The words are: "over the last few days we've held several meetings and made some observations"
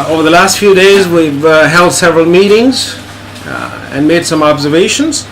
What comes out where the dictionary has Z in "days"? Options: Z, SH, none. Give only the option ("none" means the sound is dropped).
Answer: Z